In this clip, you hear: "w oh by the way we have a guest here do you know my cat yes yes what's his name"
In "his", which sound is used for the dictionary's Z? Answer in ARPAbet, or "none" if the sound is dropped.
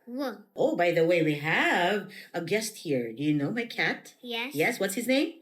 Z